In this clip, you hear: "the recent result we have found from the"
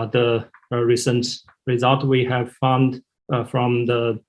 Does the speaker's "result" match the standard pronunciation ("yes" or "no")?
yes